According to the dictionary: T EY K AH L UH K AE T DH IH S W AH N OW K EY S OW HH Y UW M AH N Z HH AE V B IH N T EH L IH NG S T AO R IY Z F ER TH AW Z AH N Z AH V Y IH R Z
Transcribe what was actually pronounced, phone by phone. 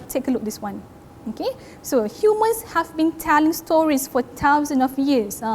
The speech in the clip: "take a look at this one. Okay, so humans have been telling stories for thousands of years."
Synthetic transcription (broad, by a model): T EY K AH L UH K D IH S W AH N OW K EY S OW HH Y UW M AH N S HH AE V B IH N T EH L IH NG S T AO R IY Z F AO T AW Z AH N AH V Y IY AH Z